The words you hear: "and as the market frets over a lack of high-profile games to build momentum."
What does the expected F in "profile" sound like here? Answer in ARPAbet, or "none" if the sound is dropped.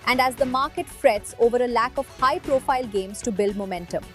F